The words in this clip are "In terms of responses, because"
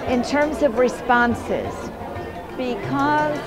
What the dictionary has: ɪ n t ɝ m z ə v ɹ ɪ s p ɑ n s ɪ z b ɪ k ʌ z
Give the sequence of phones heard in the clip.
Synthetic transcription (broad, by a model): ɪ n t ɝ m z ə v ɹ ɪ s p ɑ n s ɪ z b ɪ k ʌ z